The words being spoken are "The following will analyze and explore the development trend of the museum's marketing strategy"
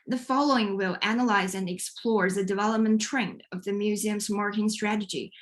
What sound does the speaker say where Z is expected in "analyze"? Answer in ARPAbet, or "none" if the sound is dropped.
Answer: Z